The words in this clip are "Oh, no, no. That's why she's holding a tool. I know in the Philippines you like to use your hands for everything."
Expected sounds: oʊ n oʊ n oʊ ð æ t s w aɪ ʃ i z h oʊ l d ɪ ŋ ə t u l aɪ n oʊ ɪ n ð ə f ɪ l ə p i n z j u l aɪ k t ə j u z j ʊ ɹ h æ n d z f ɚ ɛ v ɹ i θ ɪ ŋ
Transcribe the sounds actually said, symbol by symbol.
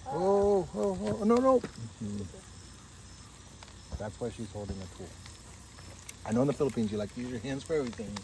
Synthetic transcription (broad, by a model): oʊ n oʊ n oʊ ð æ t s w aɪ ʃ i z h oʊ l d ɪ ŋ ə t u l aɪ n oʊ ɪ n ð ə f ɪ l ə p i n z j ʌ l aɪ k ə j u z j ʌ ɹ h æ n d z f ɚ ɛ v ɹ i θ ɪ ŋ